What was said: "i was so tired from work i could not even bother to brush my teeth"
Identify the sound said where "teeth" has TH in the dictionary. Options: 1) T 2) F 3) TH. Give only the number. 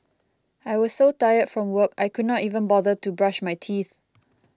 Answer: 3